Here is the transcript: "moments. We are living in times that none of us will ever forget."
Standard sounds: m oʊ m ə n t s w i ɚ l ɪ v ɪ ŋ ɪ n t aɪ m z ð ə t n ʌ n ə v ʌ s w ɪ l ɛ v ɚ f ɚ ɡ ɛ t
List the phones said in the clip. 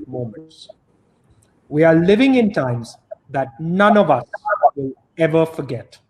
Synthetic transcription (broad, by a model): m oʊ m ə n t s w i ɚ l ɪ v ɪ ŋ ɪ n t aɪ m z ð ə t n ʌ n ə v ʌ s w ɪ l ɛ v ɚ f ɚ ɡ ɛ t